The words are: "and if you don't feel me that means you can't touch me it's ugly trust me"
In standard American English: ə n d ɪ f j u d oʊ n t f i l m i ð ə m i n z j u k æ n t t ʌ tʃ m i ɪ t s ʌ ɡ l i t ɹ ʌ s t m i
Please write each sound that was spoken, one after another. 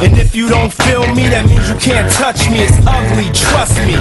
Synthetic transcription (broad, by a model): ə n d ɪ f j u d oʊ n t f i l m i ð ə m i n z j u k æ n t t ʌ tʃ m i ɪ t s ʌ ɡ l i t ɹ ʌ s t m i